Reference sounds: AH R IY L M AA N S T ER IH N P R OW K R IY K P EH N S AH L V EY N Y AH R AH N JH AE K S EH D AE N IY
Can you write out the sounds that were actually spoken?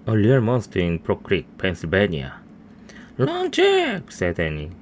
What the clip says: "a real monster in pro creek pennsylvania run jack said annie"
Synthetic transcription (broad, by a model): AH L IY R M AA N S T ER IH N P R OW K R IY K P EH N S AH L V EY N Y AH L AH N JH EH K S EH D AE N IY